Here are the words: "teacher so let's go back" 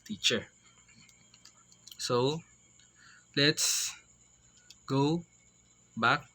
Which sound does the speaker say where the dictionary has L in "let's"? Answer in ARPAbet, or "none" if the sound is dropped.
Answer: L